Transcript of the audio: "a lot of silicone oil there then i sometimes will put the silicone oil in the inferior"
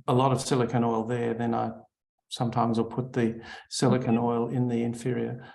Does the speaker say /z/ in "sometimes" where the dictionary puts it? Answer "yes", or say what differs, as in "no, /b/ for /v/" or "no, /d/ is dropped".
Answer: yes